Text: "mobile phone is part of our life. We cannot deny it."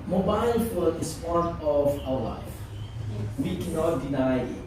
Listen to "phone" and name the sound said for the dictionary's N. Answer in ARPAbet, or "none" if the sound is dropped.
none